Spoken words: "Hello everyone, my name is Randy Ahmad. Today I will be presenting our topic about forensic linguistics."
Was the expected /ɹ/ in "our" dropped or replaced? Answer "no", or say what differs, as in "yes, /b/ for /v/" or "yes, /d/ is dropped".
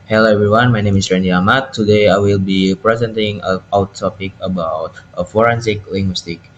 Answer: yes, /w/ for /ɹ/